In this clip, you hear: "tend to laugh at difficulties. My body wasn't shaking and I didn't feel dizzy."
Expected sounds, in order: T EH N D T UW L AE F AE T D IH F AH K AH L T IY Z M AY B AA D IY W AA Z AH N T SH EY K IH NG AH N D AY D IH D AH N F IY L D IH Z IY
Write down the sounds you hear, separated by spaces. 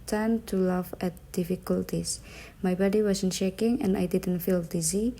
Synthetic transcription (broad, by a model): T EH N T UW L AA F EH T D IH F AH K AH L T IY S M AY B AA D IY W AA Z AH N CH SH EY K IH NG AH N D AY D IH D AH N F IY L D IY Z IY